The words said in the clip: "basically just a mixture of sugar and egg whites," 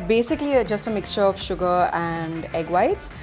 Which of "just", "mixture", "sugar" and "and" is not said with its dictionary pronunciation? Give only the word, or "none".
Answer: none